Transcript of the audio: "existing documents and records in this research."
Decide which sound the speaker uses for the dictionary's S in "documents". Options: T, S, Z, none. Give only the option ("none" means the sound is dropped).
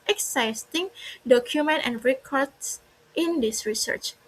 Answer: none